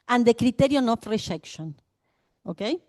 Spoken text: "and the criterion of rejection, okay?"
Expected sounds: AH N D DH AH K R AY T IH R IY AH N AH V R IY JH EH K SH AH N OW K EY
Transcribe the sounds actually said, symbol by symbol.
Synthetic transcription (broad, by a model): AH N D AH K R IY T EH R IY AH N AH F R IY SH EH K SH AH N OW K EY